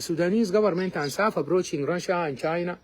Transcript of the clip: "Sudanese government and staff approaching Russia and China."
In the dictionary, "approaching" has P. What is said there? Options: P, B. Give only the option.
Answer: B